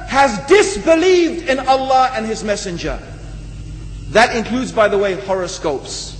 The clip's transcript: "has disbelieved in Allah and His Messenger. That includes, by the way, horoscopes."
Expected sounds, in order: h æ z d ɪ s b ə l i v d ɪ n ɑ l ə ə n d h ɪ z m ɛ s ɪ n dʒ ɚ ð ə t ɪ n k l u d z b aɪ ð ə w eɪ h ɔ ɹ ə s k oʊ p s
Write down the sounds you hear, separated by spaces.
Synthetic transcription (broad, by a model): h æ z d ɪ s b ə l i v d ɪ n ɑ l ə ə n ɪ z m ɛ s ɪ n dʒ ɚ ð ə t ɪ n k l u d z b aɪ ð ə w eɪ h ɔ ɹ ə s k oʊ p s